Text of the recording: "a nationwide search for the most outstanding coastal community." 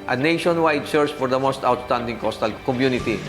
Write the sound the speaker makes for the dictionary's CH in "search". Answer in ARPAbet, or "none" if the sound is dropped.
S